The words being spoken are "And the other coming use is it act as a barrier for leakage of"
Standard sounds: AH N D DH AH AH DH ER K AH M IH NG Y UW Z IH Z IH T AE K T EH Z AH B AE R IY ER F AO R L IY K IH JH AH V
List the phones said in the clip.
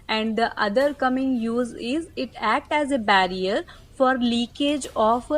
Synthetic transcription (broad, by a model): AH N D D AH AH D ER K AH M IH NG Y UW Z IH Z IH T AE K T EH Z AH B AE R IY ER F AO R L IY K IH JH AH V